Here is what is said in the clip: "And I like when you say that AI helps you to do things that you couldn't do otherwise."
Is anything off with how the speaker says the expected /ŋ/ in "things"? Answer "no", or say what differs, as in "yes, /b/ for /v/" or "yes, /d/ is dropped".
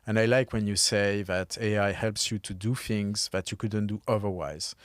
no